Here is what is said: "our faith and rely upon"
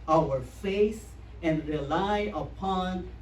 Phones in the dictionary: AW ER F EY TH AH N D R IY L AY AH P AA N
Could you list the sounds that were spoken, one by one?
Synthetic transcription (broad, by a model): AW ER F EY S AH N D R IY L AY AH P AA N